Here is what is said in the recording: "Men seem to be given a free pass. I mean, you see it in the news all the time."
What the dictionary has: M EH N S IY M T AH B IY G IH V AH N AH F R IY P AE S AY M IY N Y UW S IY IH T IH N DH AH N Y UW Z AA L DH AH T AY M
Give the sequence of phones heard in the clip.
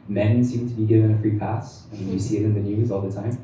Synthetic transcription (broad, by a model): M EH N S IY M T AH B IY G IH V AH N AH F R IY P AE S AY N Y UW S IY IH T IH N DH AH N Y UW Z AA L DH AH T AY M